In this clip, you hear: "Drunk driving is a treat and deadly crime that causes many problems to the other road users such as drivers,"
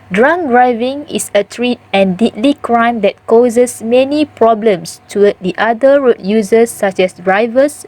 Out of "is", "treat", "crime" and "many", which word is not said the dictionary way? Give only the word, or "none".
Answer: is